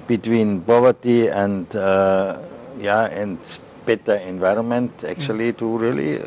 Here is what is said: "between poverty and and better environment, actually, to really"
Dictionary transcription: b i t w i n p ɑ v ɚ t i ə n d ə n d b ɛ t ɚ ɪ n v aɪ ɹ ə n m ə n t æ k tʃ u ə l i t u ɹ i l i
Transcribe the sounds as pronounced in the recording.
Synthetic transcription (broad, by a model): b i t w i n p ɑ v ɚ t i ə n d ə n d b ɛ t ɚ ɪ n v aɪ ɹ ə n m ə n t æ k tʃ u ə l i t u ɹ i l i